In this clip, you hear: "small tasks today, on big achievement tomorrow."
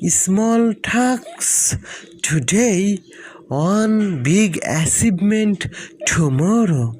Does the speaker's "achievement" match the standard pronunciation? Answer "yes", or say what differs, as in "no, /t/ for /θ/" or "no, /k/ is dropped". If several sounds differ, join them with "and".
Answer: no, /s/ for /tʃ/ and /b/ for /v/